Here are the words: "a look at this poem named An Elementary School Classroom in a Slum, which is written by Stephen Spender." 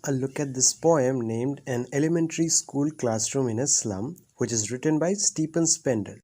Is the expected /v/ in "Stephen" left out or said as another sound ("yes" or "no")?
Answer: yes